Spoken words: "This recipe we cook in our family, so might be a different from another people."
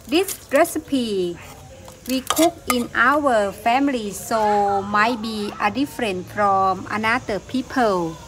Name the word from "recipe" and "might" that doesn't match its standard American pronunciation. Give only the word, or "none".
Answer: none